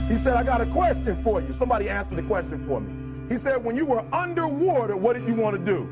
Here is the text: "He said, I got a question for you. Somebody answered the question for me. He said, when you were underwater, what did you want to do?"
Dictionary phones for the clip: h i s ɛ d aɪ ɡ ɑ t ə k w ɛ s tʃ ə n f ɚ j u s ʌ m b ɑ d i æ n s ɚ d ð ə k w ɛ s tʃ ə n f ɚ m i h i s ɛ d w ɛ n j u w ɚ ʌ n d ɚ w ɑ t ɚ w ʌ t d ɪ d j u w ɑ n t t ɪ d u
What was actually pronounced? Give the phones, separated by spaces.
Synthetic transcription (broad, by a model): h i s ɛ d aɪ ɡ ɑ t ə k w ɛ s tʃ ə n f ɚ j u s ʌ m b ɑ d i æ s ð ə k w ɛ s tʃ ə n f ɚ m i h i s ɛ d w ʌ n j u w ɚ ʌ n d ɚ w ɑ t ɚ w ʌ t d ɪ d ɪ w ɑ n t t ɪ d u